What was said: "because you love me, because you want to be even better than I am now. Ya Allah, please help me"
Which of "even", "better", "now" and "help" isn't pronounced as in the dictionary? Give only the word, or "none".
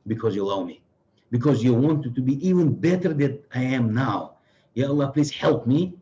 none